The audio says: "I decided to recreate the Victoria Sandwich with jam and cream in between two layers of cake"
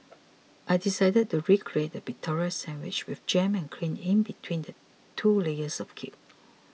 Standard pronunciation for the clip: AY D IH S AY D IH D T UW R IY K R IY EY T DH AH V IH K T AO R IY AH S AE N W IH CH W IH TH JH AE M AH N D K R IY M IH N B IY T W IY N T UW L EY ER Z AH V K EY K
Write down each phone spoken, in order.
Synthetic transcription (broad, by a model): AY D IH S AY D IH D T UW R IY K R IY EY T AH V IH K T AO R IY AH S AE N W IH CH W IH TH JH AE M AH N K L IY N IH N B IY T W IY N T UW L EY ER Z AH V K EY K